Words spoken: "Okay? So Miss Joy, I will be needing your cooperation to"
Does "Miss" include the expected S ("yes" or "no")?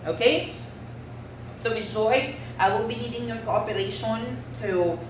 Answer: no